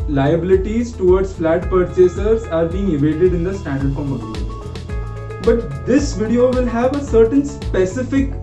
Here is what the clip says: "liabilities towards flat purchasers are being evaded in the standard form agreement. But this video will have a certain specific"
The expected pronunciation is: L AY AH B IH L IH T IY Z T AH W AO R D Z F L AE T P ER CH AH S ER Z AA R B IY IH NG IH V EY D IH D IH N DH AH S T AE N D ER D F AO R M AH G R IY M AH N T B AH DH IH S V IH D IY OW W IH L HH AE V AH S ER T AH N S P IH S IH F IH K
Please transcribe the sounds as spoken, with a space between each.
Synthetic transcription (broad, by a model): L AY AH B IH L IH T IY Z T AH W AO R D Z F L AE T P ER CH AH S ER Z AA R B IY IH NG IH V EY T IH D IH N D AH S T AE N D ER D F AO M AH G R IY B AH T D IH S V IH D IY OW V IH L HH AE V AH S ER T AH N S P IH S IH F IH K